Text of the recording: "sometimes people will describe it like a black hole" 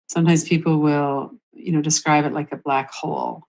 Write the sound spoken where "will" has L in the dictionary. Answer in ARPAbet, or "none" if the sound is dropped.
N